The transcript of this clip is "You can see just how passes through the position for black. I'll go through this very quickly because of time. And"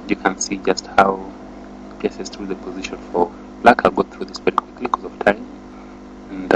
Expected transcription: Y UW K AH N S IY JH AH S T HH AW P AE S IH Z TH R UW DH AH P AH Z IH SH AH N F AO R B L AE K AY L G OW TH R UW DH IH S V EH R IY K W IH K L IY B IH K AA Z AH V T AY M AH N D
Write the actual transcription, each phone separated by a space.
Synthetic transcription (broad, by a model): Y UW K AH N S IY JH AH S T HH AW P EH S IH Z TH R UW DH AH P AH Z IH SH AH N F AO R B L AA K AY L G OW TH R UW DH IH S V EH R IY K W IH K L IY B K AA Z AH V T AY M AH N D